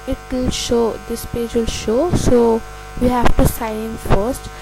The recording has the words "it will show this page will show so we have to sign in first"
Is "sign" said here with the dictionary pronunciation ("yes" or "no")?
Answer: no